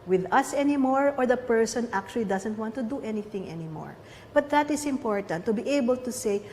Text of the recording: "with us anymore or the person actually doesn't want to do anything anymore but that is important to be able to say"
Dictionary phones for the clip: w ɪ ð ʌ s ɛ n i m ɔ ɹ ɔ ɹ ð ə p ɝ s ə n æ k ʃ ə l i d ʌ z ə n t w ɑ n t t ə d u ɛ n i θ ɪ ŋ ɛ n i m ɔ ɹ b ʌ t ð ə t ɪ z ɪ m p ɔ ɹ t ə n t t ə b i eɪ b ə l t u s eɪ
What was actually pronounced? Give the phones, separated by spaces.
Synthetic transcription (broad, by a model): w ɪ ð ʌ s ɛ n i m ɔ ɹ ɔ ɹ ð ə p ɝ s ə n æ k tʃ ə l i d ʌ s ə n t w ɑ n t t ə d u ɛ n i θ ɪ ŋ ɛ n i m ɔ ɹ b ʌ t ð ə t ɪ s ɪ m p ɔ ɹ t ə n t t ə b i eɪ b ə l t u s eɪ